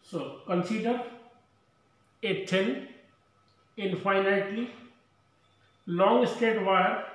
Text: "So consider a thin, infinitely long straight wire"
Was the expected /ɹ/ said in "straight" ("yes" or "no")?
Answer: no